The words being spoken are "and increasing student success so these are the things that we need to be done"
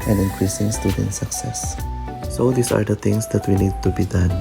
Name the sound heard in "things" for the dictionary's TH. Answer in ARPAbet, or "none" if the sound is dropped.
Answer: T